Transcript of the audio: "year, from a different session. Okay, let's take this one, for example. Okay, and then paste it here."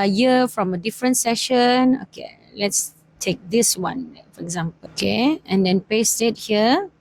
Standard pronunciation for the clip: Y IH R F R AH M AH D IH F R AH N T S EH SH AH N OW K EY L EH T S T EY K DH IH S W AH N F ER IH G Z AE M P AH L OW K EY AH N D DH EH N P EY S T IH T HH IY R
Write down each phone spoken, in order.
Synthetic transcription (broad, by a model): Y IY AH F R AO M AH D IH F R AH N T S EH SH AH N OW K EY L EH T S T EY K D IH S W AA N F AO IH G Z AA M P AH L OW K EY AH N D EH N P EY S T IH T HH IY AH